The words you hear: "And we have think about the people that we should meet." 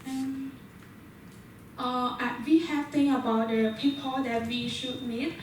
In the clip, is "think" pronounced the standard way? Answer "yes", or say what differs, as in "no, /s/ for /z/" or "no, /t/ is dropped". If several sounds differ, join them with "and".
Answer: no, /k/ is dropped